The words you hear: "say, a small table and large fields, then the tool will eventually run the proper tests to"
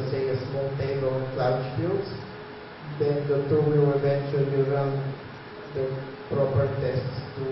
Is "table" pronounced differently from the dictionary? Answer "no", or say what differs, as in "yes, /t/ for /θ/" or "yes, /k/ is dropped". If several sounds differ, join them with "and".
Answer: yes, /b/ is dropped